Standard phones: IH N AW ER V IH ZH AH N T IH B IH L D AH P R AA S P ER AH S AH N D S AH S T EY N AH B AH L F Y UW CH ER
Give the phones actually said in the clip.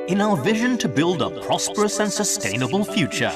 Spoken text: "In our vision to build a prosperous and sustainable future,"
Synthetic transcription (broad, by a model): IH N AW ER V IH ZH AH N T IH B IH L D AH P R AA S P ER AH S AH N S AH S T EY N AH B AH L F Y UW CH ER